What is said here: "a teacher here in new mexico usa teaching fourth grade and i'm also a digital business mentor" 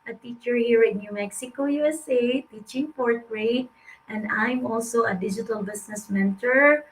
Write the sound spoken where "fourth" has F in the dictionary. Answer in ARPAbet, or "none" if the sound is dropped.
P